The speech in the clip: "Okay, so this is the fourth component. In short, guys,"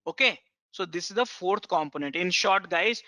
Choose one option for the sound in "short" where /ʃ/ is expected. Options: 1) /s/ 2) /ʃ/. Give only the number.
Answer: 2